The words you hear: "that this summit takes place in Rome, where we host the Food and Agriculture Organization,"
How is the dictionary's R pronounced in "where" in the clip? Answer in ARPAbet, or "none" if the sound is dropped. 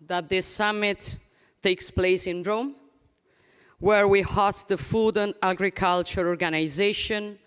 R